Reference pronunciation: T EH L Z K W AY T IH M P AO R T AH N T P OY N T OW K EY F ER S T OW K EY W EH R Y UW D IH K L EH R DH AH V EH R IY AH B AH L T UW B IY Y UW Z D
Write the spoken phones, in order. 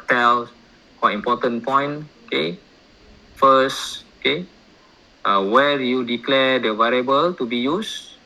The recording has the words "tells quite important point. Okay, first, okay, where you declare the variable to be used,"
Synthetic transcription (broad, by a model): T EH L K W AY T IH M P AO T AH N P OY N OW K EY F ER S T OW K EY W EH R Y UW D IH K L EH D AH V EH R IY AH B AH L T UW B IY Y UW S